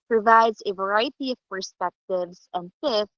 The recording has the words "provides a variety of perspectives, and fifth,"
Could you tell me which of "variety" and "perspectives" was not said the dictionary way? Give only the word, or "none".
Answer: none